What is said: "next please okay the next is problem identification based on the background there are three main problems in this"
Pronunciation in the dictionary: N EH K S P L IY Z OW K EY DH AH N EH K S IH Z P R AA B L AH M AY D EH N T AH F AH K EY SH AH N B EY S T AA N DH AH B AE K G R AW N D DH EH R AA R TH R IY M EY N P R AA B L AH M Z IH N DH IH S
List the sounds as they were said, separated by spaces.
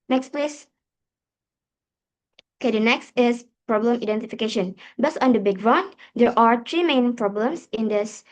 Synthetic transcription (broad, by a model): N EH K S P L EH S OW K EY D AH N EH K S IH S P R AA B L AH M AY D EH N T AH F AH K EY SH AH N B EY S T AA N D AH B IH G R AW N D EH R AA R T R IY M EY N P R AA B L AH M S IH N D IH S